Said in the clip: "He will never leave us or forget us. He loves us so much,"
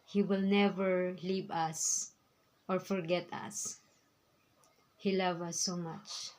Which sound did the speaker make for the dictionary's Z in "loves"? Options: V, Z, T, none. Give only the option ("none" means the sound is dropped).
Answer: none